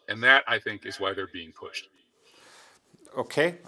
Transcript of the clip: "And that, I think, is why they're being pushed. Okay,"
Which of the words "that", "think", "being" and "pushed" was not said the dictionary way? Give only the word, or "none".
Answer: none